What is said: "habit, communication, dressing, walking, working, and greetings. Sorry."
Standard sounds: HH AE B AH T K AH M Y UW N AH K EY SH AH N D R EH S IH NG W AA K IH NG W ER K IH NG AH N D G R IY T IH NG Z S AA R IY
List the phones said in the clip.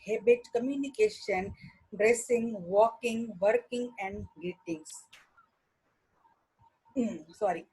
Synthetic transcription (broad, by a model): HH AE B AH T K AH M Y UW N AH K EY SH AH N D R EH S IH NG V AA K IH NG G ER K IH NG AH N D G IY T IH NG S S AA R IY